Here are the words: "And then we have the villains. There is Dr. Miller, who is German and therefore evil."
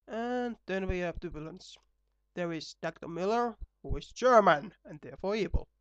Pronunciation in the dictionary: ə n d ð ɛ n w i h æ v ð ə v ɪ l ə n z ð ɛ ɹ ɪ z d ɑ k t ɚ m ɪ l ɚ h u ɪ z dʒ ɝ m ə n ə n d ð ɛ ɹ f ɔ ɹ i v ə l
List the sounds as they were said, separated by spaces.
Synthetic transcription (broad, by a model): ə n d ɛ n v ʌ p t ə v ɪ l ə n s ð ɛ ɹ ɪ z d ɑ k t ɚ m ɪ l ɚ h u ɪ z dʒ ɝ m ə n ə n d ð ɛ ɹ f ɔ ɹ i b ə l